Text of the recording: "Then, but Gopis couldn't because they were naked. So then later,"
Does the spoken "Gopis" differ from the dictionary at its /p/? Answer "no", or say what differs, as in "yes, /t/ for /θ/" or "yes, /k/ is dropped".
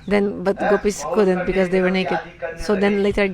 no